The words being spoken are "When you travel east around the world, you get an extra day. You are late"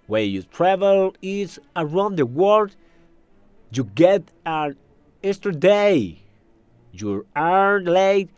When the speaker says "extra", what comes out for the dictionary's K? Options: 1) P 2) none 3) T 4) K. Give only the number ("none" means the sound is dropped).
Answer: 2